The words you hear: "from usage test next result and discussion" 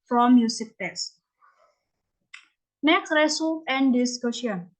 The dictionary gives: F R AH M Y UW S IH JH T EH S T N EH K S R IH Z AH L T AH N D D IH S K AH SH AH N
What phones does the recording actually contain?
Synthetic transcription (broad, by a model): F R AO M Y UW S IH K T EH S T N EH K R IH S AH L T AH N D D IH S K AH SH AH N